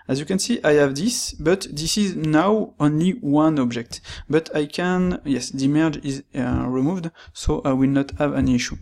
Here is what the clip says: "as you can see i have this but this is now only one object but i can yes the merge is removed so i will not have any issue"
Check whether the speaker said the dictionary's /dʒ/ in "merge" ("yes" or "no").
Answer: yes